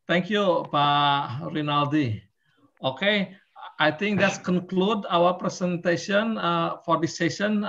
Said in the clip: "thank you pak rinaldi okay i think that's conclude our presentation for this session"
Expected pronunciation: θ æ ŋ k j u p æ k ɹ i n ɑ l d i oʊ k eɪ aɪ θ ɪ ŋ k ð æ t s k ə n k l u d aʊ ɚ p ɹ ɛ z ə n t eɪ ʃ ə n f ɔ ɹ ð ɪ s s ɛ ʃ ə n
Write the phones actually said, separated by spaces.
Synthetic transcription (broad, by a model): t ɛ ŋ k j u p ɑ ɹ i n ɑ l d i oʊ k eɪ aɪ t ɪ ŋ k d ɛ t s k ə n k l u d aʊ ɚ p ɹ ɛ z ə n t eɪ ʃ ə n f ɔ ɹ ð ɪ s s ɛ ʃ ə n